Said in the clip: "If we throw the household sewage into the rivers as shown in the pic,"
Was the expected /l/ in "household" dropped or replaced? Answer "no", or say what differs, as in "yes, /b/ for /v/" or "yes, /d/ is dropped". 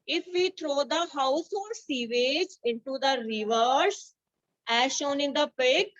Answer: yes, /l/ is dropped